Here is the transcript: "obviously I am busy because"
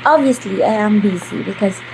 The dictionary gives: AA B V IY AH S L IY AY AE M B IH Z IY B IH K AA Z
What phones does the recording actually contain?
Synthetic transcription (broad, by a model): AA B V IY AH S L IY AY AE M B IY S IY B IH K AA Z